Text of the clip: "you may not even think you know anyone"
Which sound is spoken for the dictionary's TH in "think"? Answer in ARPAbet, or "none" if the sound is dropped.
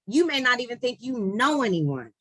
TH